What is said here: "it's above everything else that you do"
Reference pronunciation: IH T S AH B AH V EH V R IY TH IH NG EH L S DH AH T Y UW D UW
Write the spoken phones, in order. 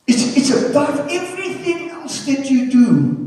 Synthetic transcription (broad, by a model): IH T S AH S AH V EH V R IY TH IH NG EH L S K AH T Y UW D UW